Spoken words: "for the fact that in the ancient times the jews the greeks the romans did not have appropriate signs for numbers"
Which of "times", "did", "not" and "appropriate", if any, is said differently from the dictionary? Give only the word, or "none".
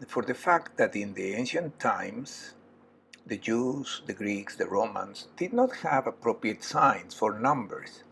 times